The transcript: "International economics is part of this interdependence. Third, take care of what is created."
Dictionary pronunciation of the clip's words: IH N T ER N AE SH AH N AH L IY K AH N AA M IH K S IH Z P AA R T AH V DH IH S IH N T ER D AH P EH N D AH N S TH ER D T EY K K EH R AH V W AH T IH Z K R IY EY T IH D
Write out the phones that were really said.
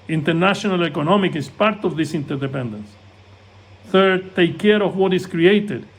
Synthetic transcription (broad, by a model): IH N T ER N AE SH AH N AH L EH K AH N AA M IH K IH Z P AA R T AH V DH IH S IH N T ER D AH P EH N D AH N S TH ER D T EY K K EH R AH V W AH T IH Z K R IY EY T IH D